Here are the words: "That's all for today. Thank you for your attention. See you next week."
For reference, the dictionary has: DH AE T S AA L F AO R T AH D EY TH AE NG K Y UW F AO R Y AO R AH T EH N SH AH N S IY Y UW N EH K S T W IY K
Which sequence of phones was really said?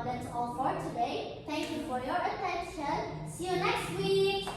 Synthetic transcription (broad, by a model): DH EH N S AA L F AO R T AH D EY T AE NG K Y UW F AO R Y AO R AH T EH N SH AH N S IY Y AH N EH K S T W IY